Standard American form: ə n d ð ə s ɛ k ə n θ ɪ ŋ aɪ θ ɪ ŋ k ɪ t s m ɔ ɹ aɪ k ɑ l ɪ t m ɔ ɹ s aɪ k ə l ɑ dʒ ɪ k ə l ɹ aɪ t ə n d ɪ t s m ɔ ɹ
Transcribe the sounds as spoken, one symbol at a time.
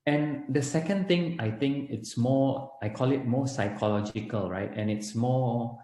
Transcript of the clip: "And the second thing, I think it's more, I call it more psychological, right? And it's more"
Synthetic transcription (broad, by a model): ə n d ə s ɛ k ə n t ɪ ŋ aɪ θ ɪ ŋ k ɪ t s m ɔ aɪ k ɑ l ɪ t m ɔ s aɪ k ə l ɑ dʒ ɪ k ə l ɹ aɪ t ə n ɪ t s m ɔ